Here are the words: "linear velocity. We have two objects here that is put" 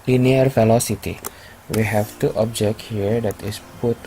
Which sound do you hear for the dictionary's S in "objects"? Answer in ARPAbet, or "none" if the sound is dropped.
none